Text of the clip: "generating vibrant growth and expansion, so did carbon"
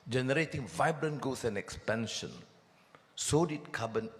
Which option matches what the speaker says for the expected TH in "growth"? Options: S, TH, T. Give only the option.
S